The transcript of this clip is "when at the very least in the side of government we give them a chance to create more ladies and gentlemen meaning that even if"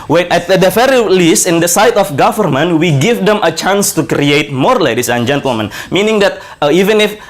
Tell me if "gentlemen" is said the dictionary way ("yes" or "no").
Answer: yes